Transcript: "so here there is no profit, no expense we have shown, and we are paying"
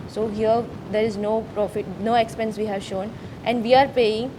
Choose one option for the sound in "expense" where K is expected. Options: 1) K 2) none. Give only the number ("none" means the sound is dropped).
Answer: 1